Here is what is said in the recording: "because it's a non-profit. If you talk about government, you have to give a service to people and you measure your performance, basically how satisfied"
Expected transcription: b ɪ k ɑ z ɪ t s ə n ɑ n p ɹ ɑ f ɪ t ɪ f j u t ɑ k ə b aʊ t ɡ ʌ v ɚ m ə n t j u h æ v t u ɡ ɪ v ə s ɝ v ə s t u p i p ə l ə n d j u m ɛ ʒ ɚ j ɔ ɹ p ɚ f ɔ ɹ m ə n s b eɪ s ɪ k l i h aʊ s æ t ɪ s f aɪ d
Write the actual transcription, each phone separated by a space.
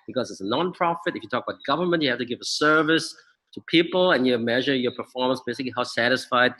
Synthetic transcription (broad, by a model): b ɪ k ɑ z ɪ t s ə n ɑ n p ɹ ɑ f ɪ t ɪ f j u t ɑ k ə b aʊ t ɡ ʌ v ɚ m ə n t j u h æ f t u ɡ ɪ v ə s ɝ v ə s t u p i p ə l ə n j u m ɛ ʒ ɚ j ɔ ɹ p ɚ f ɔ ɹ m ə n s b eɪ s ɪ k l i h aʊ s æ t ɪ s f aɪ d